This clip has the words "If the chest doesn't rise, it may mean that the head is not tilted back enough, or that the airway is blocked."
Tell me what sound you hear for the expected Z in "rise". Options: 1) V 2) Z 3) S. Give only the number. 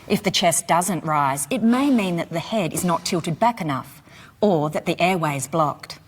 2